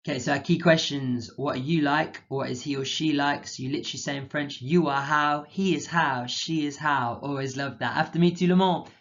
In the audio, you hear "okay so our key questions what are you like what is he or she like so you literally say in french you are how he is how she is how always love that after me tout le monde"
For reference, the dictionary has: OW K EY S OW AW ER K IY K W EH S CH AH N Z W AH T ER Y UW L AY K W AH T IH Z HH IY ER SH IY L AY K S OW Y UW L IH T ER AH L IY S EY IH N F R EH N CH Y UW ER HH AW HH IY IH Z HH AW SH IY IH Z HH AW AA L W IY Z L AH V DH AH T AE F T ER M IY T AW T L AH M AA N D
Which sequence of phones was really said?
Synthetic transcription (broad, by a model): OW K EY S OW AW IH K IY K W EH S CH AH N Z W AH T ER Y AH L AY K W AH T IH Z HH IY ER SH IY L AY K S Y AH L IH T ER AH L IY S EY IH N F R EH N CH Y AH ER HH AW HH IY IH Z HH AW SH IY IH Z HH AW AA L W IY Z L AH V DH AH T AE F T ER M IY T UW L AH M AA